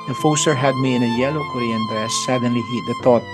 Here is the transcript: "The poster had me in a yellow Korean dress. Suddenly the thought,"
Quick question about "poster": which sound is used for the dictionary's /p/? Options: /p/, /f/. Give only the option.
/f/